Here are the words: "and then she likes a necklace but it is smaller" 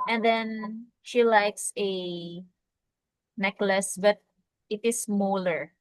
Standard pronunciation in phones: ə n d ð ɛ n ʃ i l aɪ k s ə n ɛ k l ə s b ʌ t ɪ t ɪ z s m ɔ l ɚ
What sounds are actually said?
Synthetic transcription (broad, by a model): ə n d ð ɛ n ʃ i l aɪ k s ə n ɛ k l ə s b ʌ t ɪ t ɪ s m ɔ l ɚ